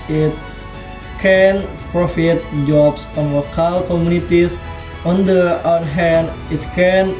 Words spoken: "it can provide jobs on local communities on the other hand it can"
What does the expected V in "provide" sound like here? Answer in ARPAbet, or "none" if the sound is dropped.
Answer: F